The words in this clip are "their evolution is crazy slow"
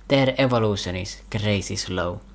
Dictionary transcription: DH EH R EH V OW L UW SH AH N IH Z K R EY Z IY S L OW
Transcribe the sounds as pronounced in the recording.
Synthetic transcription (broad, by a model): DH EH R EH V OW L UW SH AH N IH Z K R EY S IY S L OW